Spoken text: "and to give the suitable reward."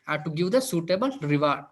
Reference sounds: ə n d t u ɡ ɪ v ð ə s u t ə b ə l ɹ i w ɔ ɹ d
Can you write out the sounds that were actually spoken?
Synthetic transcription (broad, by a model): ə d t u ɡ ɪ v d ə s u t ə b ə l ɹ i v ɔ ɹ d